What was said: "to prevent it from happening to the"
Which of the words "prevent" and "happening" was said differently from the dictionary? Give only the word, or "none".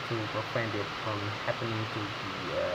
prevent